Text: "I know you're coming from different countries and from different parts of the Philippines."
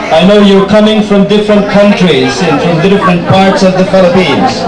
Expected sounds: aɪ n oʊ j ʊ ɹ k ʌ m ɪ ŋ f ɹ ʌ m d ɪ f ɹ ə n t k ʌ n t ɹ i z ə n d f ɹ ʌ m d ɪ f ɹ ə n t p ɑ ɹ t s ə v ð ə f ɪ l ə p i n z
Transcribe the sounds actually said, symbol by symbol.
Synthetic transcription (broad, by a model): aɪ n oʊ j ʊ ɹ k ʌ m ɪ ŋ f ɹ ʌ m d ɪ f ɹ ə n t k ʌ n t ɹ i z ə n f ɹ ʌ m d ɪ f ɹ ə n t p ɑ ɹ t s ə v ð ə f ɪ l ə p i n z